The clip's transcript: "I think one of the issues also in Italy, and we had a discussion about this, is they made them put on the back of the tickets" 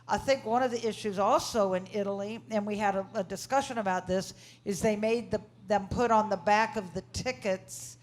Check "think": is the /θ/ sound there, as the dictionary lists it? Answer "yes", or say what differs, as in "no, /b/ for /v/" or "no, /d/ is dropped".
yes